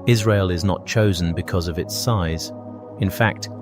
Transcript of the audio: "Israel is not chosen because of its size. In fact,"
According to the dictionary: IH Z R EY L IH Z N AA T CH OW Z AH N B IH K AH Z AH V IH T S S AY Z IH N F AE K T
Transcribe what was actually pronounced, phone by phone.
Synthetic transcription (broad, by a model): IH Z R EY L IH Z N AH T CH OW Z AH N B IH K AH Z AH V IH T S S AY Z IH N F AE K T